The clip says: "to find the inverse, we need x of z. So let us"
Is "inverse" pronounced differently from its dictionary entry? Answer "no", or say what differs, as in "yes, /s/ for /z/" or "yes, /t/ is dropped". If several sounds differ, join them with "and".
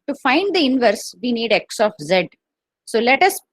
no